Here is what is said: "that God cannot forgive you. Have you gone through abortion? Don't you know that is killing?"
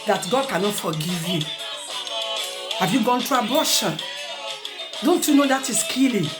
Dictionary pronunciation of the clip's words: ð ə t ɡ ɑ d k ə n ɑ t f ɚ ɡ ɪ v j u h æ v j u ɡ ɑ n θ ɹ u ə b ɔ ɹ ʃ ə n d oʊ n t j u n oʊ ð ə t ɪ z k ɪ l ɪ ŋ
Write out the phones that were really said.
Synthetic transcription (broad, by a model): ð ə t ɡ ɑ d k ə n ɑ t f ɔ ɡ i v j u h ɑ v j u ɡ ɑ n t ɹ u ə b ɔ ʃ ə n d oʊ n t j u n oʊ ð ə t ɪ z k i l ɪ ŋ